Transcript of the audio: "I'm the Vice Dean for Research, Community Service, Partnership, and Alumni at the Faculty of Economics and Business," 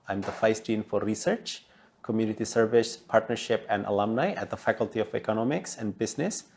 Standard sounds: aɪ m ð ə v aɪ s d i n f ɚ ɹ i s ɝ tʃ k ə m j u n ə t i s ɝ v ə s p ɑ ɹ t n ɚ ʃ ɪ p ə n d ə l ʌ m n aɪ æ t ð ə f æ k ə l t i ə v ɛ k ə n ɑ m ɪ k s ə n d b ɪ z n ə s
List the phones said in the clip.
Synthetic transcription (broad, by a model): aɪ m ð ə f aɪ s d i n f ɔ ɹ i s ɝ tʃ k ə m j u n ə t i s ɝ v ə s p ɑ ɹ t n ɚ ʃ ɪ p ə n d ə l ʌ m n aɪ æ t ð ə f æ k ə l t i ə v ɛ k ə n ɑ m ɪ k s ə n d b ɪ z n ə s